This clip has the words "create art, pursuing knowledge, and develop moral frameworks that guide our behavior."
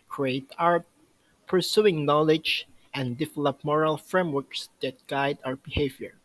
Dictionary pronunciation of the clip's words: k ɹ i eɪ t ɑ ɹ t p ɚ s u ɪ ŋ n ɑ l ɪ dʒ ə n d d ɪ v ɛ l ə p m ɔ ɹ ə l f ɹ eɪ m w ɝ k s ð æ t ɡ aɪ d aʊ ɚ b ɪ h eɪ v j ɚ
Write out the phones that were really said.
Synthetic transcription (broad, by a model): k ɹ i eɪ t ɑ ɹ p ɚ s u ɪ ŋ n ɑ l ɪ dʒ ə n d d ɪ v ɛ l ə p m ɔ ɹ ə l f ɹ eɪ m w ɝ k s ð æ t ɡ aɪ d aʊ ɚ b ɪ h eɪ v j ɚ